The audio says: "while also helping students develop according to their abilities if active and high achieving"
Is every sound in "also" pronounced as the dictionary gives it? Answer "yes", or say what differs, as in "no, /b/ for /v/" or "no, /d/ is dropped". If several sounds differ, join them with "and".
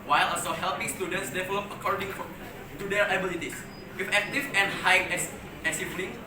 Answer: no, /l/ is dropped